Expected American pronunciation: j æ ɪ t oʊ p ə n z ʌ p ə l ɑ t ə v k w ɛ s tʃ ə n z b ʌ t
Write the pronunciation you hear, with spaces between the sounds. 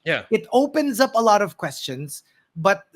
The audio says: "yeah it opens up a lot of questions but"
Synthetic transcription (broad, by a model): j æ ɪ t oʊ p ə n z ʌ p ə l ɑ t ə v k w ɛ s tʃ ə n z b ʌ t